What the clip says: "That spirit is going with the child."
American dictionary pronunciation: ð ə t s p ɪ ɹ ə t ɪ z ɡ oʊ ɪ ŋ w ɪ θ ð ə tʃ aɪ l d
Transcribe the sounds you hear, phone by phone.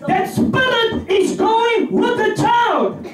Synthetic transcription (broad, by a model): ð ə t s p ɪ l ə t ɪ z ɡ oʊ ɪ ŋ w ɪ ð ə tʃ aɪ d